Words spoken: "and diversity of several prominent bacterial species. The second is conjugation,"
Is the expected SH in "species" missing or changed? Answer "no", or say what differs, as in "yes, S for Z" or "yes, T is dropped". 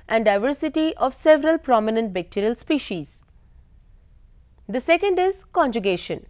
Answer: no